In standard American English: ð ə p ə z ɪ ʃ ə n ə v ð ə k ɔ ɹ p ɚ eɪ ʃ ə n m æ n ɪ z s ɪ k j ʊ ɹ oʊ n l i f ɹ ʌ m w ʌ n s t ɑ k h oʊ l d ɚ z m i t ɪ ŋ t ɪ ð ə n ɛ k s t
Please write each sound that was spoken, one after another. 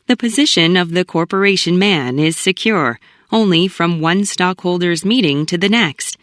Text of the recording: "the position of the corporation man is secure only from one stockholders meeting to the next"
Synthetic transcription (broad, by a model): ð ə p ə z ɪ ʃ ə n ə v ð ə k ɔ ɹ p ɚ eɪ ʃ ə n m æ n ɪ z s ɪ k j ʊ ɹ oʊ n l i f ɹ ʌ m w ʌ n s t ɑ k h oʊ l d ɚ z m i t ɪ ŋ t ɪ ð ə n ɛ k s t